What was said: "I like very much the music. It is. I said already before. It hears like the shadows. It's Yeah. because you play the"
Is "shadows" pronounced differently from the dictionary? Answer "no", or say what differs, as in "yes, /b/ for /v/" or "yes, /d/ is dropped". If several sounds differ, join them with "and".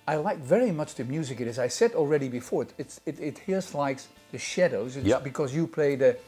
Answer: no